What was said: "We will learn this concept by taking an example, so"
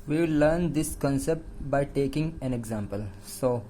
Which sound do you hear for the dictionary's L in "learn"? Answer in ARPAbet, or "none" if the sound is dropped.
L